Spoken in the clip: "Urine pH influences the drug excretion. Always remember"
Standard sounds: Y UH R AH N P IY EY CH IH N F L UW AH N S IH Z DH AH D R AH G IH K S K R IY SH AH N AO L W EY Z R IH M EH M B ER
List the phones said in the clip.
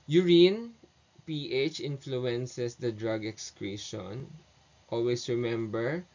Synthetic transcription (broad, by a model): Y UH R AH N P IY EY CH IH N F L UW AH N S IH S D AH D R AH G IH K S K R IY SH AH N AO L W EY S R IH M EH M B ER